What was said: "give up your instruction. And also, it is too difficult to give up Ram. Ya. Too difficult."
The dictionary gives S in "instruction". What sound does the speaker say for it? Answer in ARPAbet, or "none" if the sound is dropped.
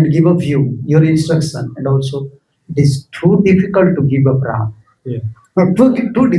S